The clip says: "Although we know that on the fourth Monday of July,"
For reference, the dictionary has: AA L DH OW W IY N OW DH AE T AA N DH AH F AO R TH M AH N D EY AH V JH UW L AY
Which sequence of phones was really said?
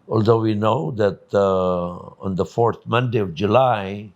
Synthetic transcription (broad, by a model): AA L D OW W IY N OW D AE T AA N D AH F AO R T M AH N D EY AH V JH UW L AY